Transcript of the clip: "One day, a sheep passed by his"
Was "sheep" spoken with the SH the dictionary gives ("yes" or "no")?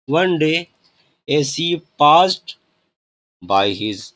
no